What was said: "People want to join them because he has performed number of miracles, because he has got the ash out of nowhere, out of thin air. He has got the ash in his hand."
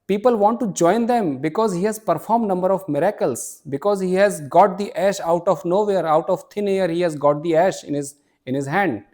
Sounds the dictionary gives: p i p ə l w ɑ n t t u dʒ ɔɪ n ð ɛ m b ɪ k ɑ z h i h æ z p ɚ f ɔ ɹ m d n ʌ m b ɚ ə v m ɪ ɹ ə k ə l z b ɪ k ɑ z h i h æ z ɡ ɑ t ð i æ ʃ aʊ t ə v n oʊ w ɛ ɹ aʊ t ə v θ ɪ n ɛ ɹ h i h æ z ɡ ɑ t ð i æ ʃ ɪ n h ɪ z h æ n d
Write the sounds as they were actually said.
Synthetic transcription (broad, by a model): p i p ə l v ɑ n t t u dʒ ɔɪ n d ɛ m b ɪ k ɑ z h i h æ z p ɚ f ɔ ɹ m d n ʌ m b ɚ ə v m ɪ ɹ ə k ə l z b ɪ k ɑ z h i h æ z ɡ ɑ t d i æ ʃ aʊ t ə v n oʊ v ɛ ɹ aʊ t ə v t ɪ n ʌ ɹ h i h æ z ɡ ɑ t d i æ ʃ ɪ n h ɪ z h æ n d